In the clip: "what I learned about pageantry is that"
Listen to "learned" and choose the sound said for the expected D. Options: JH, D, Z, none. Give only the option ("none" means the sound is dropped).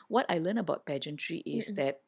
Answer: none